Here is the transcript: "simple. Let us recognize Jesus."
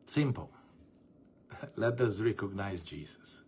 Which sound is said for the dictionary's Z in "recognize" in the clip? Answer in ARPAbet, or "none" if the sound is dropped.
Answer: Z